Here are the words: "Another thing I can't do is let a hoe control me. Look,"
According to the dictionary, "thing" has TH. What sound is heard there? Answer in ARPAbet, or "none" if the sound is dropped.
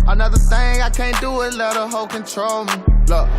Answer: TH